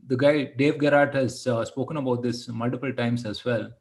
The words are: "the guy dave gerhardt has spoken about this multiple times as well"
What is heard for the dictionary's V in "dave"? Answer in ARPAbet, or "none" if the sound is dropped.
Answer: V